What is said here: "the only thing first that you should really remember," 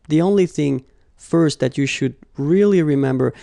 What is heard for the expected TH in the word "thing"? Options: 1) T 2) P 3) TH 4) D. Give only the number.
3